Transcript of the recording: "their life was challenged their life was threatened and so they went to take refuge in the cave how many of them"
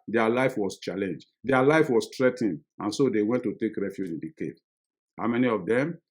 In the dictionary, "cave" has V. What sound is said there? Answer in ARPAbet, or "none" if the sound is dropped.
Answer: P